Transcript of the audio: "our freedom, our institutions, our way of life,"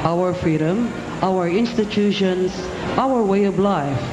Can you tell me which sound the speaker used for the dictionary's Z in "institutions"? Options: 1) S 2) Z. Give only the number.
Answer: 1